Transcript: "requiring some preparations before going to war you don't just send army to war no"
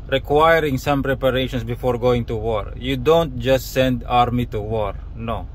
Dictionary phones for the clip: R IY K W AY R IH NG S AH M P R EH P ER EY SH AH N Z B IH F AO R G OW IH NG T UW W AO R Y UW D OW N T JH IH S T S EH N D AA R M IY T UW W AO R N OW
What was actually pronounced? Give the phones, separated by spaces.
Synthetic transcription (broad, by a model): R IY K W AY R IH NG S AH M P R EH P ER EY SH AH N S B IH F AO R G OW IH NG T UW W AO R Y UW D OW N T JH IH S T S EH N D AA R M IY T UW W AO R N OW